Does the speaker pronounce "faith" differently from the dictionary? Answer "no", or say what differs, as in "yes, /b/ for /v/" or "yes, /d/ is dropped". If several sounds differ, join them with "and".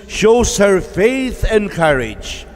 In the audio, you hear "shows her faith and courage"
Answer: no